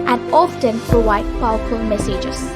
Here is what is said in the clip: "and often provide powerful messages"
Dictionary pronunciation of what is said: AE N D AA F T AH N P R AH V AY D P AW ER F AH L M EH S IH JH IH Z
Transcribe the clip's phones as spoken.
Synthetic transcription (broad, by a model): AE N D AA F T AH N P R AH W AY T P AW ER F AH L M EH S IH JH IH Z